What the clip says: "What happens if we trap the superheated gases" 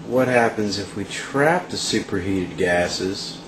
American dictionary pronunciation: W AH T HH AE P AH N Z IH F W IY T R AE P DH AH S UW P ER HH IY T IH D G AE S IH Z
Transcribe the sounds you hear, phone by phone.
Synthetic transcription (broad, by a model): W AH T HH AE P AH N Z IH F W IY T R AE P DH AH S UW P ER HH IY T IH D G AE S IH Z